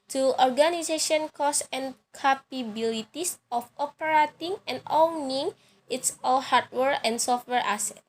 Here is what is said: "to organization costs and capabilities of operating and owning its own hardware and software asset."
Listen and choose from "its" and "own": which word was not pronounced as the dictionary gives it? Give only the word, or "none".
own